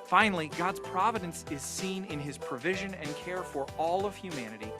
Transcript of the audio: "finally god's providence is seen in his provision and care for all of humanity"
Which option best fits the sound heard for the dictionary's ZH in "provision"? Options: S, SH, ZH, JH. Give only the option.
ZH